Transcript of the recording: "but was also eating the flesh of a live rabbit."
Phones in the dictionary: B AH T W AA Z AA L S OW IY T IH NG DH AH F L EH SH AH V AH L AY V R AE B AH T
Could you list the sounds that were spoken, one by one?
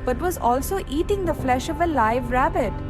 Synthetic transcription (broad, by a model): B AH T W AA Z AA L S OW IY T IH NG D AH F L EH SH AH V AH L AY V R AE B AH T